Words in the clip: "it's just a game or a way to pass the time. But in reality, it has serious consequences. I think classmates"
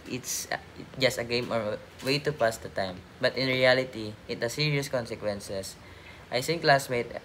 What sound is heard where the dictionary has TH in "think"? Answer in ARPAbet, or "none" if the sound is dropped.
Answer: S